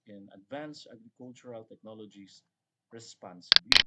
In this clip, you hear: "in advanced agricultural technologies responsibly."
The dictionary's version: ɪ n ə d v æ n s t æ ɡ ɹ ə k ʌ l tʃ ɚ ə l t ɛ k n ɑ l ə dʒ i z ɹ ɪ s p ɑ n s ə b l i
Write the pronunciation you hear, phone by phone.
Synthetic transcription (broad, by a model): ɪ n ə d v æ n s ɑ ɡ ɹ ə k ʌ l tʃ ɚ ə l t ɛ k n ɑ l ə dʒ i s ɹ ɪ s p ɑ n s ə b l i